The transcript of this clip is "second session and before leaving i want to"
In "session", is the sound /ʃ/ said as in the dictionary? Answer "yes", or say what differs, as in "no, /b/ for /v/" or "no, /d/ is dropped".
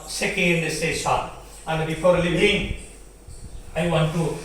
no, /s/ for /ʃ/